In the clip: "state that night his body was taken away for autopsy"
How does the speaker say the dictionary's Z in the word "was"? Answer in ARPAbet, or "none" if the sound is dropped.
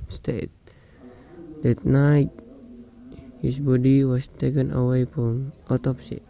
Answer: S